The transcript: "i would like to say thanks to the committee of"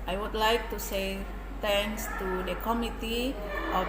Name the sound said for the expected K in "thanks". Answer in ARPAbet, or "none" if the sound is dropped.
none